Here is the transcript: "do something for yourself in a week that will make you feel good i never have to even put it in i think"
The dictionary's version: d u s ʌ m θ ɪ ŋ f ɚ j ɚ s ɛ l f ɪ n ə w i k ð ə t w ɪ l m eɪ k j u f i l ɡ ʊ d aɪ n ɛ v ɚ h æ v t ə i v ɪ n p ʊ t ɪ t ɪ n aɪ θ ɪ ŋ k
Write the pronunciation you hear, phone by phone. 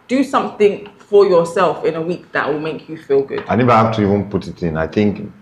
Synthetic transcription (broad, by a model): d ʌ s ʌ m θ ɪ ŋ f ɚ j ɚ s ɛ l f ɪ n ə w i k ð ə t w ɪ l m eɪ k j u f i l ɡ ʊ d aɪ n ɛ v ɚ h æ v t ə i v ɪ n p ʊ t ɪ t ɪ n aɪ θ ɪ ŋ k